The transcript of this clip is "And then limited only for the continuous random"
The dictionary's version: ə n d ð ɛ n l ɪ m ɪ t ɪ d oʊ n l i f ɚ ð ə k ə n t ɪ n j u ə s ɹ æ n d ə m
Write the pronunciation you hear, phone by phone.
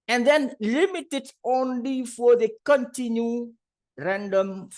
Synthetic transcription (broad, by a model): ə n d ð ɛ n l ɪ m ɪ t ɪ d oʊ n l i f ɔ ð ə k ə n t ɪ n j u ɹ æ n d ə m